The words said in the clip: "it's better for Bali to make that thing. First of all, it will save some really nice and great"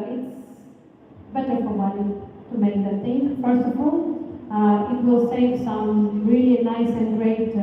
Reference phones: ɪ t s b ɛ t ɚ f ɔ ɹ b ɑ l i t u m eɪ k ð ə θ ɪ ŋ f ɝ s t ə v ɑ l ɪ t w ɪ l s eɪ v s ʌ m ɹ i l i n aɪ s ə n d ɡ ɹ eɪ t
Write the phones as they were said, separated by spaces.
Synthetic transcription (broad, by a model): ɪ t s b ɛ t ɚ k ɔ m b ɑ n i t u m eɪ k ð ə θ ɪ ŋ f ɝ s t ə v ɑ l ɪ t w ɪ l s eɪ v s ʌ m ɹ i l i n aɪ s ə n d ɡ ɹ eɪ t